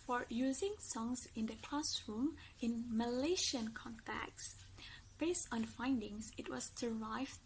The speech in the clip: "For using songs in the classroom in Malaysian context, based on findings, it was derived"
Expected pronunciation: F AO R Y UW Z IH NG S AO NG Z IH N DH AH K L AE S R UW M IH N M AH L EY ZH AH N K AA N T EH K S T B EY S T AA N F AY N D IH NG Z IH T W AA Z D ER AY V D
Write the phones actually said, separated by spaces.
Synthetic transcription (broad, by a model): F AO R Y UW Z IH NG S AO NG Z IH N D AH K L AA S R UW M IH N M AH L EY SH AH N K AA N T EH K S B EY S T AA N F AY N D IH NG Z IH T W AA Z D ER AY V